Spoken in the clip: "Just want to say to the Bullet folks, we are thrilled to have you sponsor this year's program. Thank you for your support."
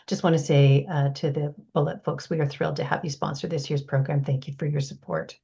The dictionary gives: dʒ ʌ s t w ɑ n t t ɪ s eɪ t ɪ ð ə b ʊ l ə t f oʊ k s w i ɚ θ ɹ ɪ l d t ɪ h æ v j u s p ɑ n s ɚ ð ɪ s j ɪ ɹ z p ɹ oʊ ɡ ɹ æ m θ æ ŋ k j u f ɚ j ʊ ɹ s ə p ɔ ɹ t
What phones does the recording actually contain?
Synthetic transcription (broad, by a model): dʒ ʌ s t w ɑ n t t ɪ s eɪ t ɪ ð ə b ʊ l ə t f oʊ k s w i ɚ θ ɹ ɪ l d t ɪ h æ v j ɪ s p ɑ n s ɚ ð ɪ s j ɪ ɹ z p ɹ oʊ ɡ ɹ æ m θ æ ŋ k j u f ɚ j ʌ ɹ s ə p ɔ ɹ t